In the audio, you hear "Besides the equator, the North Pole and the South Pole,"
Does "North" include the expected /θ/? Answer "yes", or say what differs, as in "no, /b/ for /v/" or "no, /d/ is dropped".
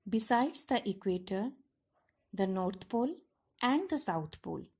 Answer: no, /t/ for /θ/